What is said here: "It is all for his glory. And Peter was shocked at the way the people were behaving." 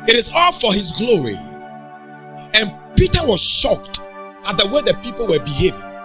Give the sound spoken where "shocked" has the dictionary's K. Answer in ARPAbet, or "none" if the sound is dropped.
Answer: K